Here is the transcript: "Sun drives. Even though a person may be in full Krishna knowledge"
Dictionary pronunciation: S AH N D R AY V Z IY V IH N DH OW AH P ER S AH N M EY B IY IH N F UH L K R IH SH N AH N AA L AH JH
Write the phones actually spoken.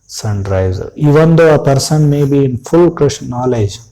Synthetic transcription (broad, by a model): S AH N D R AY Z IY V IH N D OW AH P ER S AH N M EY B IY IH N F UH L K R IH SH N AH N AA L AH JH